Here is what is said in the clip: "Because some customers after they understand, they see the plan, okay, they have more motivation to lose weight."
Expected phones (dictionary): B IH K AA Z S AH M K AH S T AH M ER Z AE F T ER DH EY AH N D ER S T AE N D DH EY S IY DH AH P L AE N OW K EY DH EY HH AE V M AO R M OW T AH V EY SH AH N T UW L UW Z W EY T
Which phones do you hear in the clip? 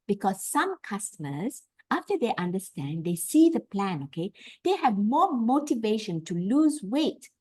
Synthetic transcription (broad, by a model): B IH K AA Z S AH M K AH S T AH M ER Z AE F T ER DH EY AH N D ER S T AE N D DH EY S IY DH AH P L AE N OW K EY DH EY HH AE V M AO R M OW T AH V EY SH AH N T UW L UW Z W EY T